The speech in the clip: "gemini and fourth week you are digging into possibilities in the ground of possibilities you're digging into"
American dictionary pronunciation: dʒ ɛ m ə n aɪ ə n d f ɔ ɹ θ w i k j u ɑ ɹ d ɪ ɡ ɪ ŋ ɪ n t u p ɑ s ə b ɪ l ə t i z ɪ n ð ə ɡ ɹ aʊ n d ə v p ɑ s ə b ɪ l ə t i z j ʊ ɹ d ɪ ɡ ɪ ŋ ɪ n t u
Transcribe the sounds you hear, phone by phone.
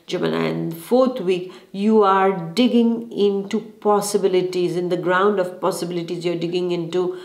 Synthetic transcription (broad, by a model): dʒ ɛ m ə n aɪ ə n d f ɔ ɹ t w i k j u ɑ ɹ d ɪ ɡ ɪ ŋ ɪ n t u p ɑ s ə b ɪ l ə t i z ɪ n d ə ɡ ɹ aʊ n d ə v p ɑ s ə b ɪ l ə t i z j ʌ ɹ d ɪ ɡ ɪ ŋ ɪ n t u